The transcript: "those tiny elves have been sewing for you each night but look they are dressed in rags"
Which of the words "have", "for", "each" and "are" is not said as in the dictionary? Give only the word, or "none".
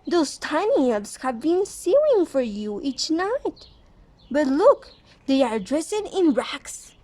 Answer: none